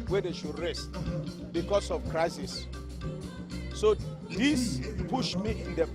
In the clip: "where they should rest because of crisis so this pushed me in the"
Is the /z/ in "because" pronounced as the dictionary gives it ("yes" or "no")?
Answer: no